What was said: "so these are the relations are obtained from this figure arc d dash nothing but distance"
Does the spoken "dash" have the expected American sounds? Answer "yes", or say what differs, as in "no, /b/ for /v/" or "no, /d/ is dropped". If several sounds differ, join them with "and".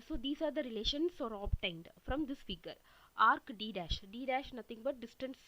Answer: yes